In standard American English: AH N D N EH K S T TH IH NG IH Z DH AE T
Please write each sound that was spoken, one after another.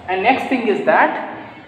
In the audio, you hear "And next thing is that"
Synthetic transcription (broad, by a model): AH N N EH K S T T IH NG IH Z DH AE T